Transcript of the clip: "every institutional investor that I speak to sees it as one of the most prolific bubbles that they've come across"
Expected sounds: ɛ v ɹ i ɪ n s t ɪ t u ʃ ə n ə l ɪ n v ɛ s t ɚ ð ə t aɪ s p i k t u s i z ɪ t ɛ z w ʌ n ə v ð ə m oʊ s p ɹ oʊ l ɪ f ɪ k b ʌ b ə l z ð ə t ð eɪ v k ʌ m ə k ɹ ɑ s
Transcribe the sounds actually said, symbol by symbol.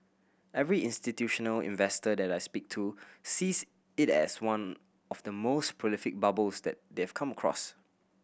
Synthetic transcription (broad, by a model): ɛ v ɹ i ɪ n s t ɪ t u ʃ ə n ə l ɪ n v ɛ s t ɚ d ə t aɪ s p i k t u s i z ɪ t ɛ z w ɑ n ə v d ə m oʊ s p ɹ oʊ l ɪ f ɪ k b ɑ b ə l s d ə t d eɪ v k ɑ m ə k ɹ ɑ s